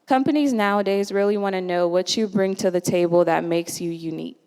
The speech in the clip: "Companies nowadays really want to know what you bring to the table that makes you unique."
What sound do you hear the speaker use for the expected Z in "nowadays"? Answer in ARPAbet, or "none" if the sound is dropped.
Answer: Z